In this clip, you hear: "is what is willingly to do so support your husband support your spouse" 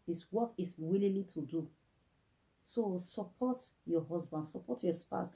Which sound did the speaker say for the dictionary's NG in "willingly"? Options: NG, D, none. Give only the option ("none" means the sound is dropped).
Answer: none